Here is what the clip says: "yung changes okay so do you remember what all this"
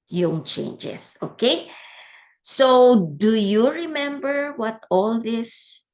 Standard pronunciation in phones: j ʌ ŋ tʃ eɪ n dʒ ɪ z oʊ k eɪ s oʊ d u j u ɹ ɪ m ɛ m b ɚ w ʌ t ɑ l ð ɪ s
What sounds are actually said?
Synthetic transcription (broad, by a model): j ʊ ŋ tʃ eɪ n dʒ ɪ s oʊ k eɪ s oʊ d u j u ɹ ɪ m ɛ m b ɚ w ʌ t ɑ l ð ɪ s